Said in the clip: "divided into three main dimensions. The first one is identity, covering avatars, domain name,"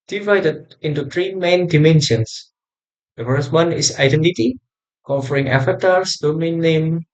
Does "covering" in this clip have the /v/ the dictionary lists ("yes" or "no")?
no